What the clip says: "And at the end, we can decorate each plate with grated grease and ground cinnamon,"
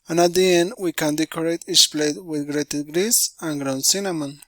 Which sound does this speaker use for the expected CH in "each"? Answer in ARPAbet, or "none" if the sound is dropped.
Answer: S